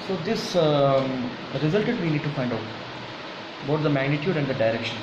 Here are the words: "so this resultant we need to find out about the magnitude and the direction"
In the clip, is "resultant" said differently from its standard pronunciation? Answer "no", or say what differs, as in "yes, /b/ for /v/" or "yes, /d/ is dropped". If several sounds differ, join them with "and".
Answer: yes, /n/ is dropped